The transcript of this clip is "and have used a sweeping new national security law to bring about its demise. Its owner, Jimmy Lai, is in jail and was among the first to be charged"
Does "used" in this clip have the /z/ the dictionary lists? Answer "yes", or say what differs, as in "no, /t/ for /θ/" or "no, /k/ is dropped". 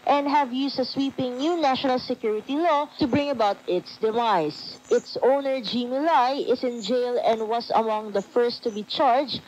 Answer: no, /s/ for /z/